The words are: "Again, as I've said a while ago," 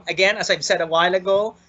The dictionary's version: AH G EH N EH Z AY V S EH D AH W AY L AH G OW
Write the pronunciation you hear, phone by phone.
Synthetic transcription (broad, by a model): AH G EH N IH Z AY V S EH D AH W AY L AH G OW